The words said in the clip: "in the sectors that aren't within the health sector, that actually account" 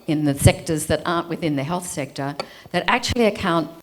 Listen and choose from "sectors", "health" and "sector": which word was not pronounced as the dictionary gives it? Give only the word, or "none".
none